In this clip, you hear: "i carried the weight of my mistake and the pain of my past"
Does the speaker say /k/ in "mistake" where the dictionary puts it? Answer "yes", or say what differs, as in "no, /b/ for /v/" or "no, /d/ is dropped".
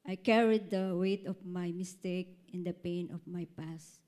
yes